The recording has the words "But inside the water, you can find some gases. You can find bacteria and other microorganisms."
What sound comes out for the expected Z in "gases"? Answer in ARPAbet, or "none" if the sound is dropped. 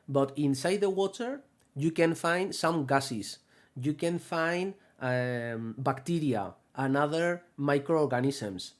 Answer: S